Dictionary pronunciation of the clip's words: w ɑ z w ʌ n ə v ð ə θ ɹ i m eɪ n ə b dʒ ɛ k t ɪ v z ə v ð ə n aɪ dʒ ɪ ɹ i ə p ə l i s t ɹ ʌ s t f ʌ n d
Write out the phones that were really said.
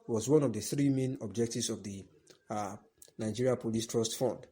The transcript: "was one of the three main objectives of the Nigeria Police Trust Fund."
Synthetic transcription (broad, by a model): w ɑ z w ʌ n ə v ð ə θ ɹ i m eɪ n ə b dʒ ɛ k t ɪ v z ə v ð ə n aɪ dʒ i ɹ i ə p ə l i s t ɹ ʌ s t f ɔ n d